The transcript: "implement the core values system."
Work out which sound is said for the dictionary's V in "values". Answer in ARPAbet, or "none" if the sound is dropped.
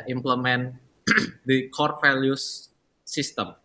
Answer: F